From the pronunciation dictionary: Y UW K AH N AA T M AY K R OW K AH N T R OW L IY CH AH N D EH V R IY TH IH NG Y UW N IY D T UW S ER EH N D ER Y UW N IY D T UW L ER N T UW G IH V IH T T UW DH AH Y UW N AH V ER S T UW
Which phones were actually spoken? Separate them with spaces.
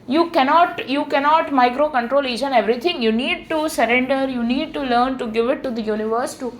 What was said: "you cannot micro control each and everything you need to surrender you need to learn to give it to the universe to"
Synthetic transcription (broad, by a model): Y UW K AH N AA T M AY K R OW K AH N T R OW L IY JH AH N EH V R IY T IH NG Y UW N IY D T UW S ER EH N D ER Y UW N IY D T UW L ER N T UW G IH V IH T T UW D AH Y UW N AH V ER S T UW